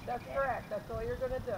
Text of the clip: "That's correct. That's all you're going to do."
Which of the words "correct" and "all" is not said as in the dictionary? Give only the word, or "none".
all